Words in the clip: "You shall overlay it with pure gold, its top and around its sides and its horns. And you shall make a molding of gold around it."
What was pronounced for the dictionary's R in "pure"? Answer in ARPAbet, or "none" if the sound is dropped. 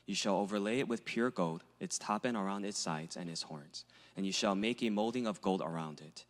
R